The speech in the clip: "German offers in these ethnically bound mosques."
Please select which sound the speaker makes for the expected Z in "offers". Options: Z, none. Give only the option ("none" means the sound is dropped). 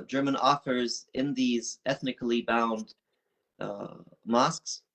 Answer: Z